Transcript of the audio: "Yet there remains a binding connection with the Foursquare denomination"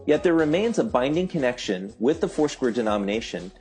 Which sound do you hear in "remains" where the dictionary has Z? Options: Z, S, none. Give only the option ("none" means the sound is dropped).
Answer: Z